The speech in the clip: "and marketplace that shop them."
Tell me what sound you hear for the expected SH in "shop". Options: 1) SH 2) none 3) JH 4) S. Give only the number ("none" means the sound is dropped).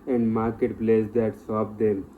4